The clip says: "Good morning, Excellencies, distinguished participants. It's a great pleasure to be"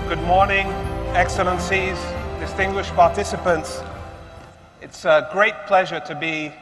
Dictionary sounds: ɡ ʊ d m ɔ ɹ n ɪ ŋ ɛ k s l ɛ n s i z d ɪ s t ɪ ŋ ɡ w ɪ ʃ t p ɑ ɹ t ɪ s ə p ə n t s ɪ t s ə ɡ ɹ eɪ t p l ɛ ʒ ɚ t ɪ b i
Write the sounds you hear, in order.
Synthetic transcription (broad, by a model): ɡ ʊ d m ɔ ɹ n ɪ ŋ ɛ k s l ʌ n s i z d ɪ s t ɪ ŋ ɡ w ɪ ʃ p ɑ ɹ t ɪ s ə p ə n t s ɪ t s ə ɡ ɹ eɪ t p l ɛ ʒ ɚ t ɪ b i